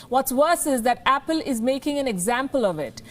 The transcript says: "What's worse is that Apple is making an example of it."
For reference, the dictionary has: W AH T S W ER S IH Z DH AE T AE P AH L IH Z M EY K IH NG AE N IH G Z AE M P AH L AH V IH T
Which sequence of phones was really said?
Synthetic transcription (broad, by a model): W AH T S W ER S IH Z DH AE T AE P AH L IH Z M EY K IH NG AE N IH G Z AE M P AH L AH V IH T